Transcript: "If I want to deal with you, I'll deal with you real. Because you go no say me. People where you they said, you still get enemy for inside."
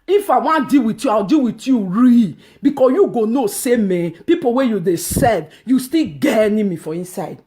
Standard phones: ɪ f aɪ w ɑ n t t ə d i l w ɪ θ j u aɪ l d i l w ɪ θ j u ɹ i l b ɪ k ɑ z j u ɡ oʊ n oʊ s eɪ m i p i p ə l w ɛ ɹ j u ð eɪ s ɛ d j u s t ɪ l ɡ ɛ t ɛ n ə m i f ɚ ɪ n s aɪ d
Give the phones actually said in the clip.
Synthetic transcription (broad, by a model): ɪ f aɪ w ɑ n d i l w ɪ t j u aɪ w d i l w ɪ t j u ɹ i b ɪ k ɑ j u ɡ oʊ n oʊ s eɪ m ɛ p i p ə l w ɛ j u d eɪ s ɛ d j u s t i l ɡ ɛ ɛ n ə m i f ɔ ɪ n s aɪ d